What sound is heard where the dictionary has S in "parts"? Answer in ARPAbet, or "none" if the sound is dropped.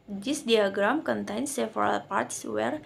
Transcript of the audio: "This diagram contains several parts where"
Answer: S